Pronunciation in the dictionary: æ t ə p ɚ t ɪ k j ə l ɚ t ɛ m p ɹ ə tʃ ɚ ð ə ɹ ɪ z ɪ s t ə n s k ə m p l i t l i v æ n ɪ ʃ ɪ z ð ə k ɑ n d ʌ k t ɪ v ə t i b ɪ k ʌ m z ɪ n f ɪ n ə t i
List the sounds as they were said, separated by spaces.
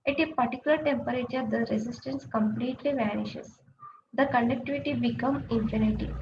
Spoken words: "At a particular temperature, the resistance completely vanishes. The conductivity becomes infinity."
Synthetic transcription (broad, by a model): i t ə p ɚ t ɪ k j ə l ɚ t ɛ m p ɹ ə tʃ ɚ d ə ɹ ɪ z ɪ s t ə n s k ə m p l i t l i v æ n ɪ ʃ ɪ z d ə k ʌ n d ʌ k t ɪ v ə t i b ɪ k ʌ m ɪ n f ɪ n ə t i